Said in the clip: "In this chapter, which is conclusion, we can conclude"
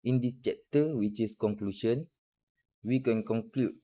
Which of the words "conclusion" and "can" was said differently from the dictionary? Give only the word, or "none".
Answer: conclusion